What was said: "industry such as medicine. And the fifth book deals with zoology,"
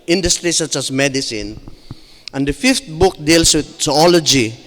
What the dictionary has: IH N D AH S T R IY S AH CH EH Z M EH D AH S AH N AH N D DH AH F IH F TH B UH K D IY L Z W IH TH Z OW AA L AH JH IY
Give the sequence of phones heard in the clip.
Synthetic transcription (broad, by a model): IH N D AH S T R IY S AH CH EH S M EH D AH S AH N AH N D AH F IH F T B UH K D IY L S W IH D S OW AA L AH JH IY